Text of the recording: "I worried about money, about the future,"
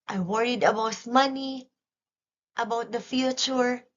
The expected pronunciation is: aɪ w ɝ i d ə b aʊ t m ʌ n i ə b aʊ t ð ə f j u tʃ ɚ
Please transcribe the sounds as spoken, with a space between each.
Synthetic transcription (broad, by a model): aɪ w ɝ i d ə b aʊ t m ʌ n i ə b aʊ t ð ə f j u tʃ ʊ